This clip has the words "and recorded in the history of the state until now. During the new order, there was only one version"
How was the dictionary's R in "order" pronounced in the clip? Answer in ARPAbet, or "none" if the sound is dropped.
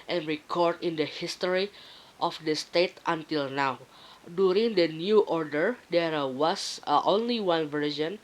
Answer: R